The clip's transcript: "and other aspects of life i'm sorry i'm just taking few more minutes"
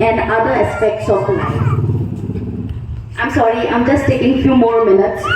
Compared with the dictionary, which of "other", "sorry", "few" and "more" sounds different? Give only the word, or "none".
other